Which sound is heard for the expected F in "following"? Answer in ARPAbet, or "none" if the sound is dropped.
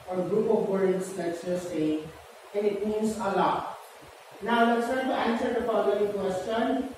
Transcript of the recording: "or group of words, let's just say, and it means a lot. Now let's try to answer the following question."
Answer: P